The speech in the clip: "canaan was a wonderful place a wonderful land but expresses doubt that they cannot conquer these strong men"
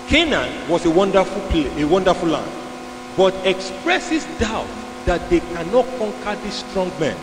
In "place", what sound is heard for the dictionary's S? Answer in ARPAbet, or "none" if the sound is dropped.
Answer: none